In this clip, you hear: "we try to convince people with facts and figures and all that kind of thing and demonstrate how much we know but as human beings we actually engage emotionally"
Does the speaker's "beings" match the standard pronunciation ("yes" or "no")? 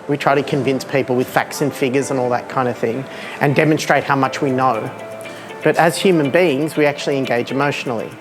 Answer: yes